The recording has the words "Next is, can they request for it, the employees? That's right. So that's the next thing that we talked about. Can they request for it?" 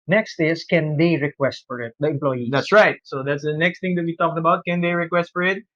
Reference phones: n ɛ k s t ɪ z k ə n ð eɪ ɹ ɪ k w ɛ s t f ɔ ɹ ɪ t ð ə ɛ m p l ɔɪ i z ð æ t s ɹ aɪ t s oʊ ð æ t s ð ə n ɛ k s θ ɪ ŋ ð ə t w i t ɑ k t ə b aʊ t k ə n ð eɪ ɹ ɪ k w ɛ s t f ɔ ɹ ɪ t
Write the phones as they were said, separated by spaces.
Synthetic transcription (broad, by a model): n ɛ k s t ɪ s k ə n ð eɪ ɹ ɪ k w ɛ s t f ɔ ɹ ɪ t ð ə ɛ m p l ɔɪ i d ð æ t s ɹ aɪ t s oʊ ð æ t s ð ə n ɛ k s t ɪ ŋ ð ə t w i t ɑ k t ə b aʊ t k ə n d eɪ ɹ ɪ k w ɛ s t f ɔ ɹ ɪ t